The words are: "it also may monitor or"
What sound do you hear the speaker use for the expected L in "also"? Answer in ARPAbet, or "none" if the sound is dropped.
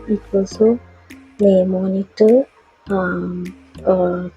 none